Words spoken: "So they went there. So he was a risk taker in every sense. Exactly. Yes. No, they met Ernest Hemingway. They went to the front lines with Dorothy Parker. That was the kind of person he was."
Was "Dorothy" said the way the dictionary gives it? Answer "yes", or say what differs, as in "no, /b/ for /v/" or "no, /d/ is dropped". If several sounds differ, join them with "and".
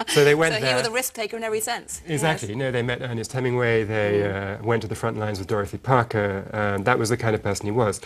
yes